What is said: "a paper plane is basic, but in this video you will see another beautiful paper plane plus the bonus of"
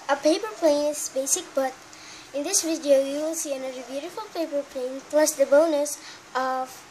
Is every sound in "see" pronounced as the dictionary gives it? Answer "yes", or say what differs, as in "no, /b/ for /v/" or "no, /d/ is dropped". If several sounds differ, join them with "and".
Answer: yes